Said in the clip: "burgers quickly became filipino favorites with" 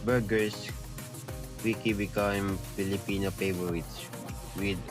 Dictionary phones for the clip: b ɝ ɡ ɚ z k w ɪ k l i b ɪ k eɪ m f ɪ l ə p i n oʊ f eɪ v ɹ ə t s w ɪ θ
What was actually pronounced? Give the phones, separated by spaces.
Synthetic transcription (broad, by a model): b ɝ ɡ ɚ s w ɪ k i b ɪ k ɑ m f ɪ l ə p i n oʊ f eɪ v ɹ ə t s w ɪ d